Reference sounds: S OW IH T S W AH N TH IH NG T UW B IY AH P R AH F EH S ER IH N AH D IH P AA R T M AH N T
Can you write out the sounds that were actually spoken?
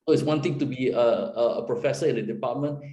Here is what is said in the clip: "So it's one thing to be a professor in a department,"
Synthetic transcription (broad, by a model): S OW IH T S W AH N T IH NG T UW B IY AH P R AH F EH S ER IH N AH D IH P AA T M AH N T